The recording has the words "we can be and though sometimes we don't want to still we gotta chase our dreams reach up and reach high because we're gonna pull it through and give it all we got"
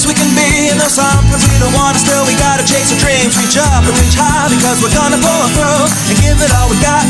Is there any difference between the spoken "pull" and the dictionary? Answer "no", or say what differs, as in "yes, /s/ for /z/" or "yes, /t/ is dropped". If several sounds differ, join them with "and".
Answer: yes, /b/ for /p/